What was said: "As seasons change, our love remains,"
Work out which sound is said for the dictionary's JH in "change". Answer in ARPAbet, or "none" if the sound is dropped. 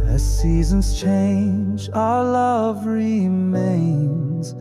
JH